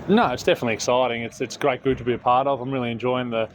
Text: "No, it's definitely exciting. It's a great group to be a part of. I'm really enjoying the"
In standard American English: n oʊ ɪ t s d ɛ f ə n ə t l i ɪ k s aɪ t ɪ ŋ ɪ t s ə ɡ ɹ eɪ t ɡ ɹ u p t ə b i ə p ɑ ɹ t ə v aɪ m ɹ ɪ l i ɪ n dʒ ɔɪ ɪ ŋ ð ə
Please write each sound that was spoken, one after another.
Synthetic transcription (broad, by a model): n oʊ ɪ t s d ɛ f ə n ə t l i ɪ k s aɪ t ɪ ŋ ɪ t s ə ɡ ɹ eɪ t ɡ ʊ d t ə b i ə p ɑ ɹ t ə v aɪ m ɹ ɪ l i ɪ n dʒ ɔɪ ɪ ŋ ð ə